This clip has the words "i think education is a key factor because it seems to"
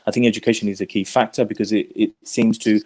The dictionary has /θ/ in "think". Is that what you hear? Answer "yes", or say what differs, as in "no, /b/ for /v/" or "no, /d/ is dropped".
yes